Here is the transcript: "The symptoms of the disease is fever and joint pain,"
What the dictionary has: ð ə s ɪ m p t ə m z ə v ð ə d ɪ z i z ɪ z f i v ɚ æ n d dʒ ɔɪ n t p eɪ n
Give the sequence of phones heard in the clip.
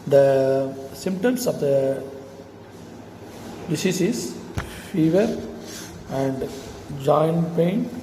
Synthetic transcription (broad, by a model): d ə s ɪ m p t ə m s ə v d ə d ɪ s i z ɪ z f i v ɚ æ n d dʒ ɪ n p eɪ n